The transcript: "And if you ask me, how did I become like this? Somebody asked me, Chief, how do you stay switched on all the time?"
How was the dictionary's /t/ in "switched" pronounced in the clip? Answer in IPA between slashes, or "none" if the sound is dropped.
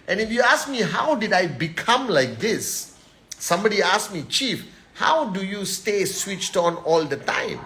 /t/